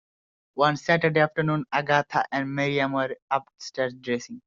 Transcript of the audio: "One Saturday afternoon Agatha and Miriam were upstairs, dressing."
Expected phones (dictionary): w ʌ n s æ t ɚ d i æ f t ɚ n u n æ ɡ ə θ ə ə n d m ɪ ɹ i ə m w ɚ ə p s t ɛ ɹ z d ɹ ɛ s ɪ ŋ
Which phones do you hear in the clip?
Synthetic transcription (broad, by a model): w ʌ n s æ t ɚ d i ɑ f t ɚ n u n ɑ ɡ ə t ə ə n d m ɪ ɹ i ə m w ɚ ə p s t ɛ ɹ s d ɹ ɛ s ɪ ŋ